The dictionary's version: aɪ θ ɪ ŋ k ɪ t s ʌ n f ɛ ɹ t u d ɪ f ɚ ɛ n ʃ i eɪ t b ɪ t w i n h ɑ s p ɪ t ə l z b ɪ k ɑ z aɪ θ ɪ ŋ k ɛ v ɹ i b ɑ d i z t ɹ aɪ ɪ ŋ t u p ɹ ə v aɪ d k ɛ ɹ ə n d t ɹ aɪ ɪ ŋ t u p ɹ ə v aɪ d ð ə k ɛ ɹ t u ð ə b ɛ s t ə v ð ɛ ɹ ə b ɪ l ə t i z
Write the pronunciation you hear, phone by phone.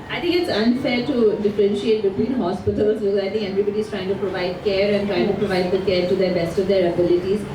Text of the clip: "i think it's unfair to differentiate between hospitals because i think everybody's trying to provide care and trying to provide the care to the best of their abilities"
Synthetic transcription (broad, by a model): aɪ t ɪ ŋ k ɪ t s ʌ n f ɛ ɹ t u d ɪ f ɚ ɛ n ʃ i eɪ t b ɪ t w i n h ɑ s p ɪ t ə l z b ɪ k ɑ ɪ t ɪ ŋ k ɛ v ɹ i b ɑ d i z t ɹ aɪ ɪ ŋ t u p ɹ ə v aɪ d k ɛ ɹ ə n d t ɹ aɪ ɪ ŋ t u p ɹ ə v aɪ d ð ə k ɛ ɹ t u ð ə b ɛ s t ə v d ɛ ɹ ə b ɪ l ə t i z